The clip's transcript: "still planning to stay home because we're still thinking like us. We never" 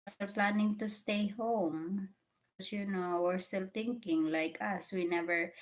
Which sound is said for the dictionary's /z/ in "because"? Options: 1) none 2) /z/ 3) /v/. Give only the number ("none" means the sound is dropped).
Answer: 1